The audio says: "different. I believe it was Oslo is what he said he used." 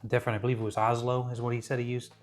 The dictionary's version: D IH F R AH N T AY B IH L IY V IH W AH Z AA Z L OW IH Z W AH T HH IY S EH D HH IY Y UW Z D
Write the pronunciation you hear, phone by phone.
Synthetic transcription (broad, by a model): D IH F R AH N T AY B IH L IY V IH W AH Z AA Z L OW IH Z W AH T HH IY S EH D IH Y UW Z